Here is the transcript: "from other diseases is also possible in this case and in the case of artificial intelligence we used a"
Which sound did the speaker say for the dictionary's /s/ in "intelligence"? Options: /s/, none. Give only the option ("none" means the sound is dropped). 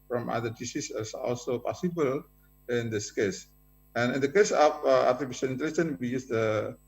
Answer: none